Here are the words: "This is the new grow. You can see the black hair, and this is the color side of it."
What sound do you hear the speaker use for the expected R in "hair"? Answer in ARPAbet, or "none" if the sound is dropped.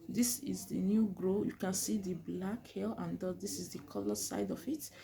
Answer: L